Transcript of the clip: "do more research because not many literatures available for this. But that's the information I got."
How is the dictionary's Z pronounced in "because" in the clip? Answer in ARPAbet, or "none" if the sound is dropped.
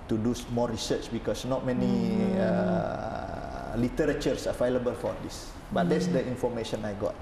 S